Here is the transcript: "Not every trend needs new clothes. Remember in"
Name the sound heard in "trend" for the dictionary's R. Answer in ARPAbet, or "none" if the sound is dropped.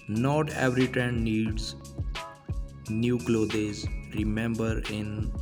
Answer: none